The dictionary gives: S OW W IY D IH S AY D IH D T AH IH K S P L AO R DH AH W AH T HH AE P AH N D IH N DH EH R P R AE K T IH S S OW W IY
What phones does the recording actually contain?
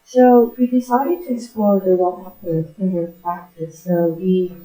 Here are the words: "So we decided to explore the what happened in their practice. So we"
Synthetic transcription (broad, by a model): S OW W IY D IH S AY D IH D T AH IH S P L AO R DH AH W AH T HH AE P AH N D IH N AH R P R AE K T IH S S OW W IY